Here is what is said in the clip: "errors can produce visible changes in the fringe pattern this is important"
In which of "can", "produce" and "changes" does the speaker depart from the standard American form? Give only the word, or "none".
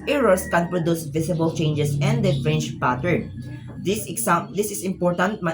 changes